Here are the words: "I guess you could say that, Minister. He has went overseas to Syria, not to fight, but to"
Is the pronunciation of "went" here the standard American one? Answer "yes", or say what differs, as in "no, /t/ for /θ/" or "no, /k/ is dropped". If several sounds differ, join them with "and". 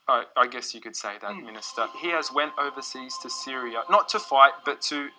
yes